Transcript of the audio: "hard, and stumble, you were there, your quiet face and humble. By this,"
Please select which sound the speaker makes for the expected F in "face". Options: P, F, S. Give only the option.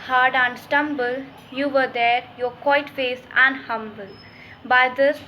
F